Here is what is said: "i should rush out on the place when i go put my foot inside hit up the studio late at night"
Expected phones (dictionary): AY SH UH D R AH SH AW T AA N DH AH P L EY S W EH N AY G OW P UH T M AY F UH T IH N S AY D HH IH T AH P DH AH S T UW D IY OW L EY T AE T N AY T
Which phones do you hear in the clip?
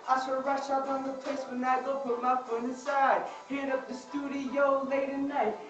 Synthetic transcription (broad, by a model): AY S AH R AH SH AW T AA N DH AH P L EY S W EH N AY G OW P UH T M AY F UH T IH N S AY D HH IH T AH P DH AH S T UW D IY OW L EY T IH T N AY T